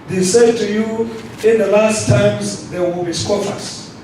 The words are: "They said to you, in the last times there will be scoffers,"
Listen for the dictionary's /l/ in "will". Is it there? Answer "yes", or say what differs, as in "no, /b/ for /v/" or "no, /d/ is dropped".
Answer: yes